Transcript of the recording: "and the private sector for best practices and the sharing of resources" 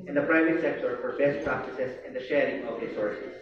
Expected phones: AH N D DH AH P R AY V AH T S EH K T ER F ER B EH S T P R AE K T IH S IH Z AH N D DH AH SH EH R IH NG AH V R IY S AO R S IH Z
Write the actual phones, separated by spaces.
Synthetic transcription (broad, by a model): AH N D DH AH P R AY V AH T S EH K T ER F ER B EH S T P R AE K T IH S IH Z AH N DH AH SH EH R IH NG AH V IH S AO R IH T